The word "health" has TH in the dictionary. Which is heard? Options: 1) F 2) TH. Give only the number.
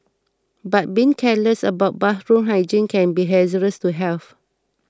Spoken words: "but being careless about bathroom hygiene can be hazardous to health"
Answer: 1